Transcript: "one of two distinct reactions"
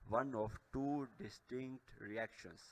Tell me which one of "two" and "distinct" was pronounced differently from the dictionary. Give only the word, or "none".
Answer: none